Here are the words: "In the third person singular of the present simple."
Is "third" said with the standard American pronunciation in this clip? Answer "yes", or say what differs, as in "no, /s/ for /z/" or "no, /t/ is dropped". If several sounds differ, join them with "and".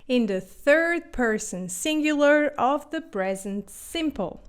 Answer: yes